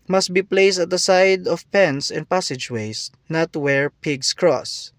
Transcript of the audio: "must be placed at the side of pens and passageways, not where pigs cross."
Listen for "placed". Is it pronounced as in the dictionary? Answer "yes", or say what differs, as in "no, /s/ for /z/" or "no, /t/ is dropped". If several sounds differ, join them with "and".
yes